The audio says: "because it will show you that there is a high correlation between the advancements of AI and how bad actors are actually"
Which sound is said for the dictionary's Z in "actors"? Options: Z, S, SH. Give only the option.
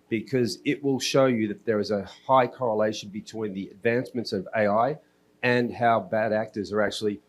Z